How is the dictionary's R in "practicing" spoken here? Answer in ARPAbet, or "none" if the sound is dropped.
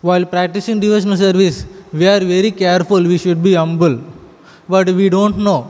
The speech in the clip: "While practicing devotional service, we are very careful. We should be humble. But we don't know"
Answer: R